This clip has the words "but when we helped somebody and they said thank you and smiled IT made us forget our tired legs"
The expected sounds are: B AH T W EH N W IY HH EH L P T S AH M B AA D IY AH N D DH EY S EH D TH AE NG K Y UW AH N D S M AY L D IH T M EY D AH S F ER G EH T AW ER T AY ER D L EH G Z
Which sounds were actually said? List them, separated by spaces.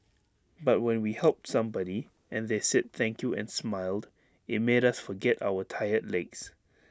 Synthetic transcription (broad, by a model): B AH T W EH N W IY HH EH L P T S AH M B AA D IY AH N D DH EY S EH D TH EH NG K Y UW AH N S M AY L D IH T M EY D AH S F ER G EH T AW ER T AY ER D L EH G S